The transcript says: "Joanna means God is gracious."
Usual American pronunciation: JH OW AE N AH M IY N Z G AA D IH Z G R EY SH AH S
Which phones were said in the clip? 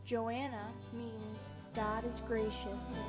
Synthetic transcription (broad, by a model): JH OW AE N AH M IY N Z G AA D IH Z G R EY SH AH S